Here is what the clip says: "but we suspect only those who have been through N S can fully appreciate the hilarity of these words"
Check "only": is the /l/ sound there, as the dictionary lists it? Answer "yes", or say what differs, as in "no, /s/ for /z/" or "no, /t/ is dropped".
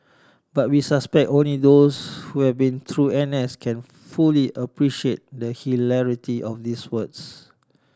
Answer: yes